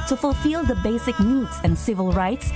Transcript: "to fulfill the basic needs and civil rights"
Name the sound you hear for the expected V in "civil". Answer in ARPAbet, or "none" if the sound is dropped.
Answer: V